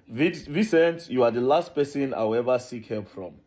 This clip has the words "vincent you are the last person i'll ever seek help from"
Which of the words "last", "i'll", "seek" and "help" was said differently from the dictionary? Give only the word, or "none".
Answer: i'll